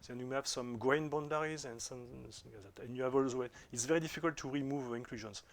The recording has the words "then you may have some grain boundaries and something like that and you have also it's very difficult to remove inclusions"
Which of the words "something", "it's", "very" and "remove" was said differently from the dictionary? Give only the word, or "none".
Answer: something